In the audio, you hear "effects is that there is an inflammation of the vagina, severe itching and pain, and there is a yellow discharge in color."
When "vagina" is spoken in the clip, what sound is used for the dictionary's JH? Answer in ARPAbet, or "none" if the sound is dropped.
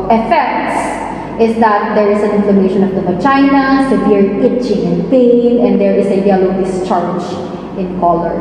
CH